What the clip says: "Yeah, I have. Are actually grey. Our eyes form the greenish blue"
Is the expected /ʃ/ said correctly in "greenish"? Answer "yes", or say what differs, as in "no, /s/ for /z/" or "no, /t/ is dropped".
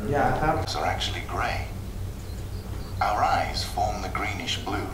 yes